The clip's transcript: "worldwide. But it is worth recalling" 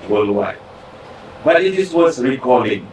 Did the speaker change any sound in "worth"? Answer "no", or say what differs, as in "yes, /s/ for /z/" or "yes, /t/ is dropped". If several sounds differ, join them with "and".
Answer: yes, /s/ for /θ/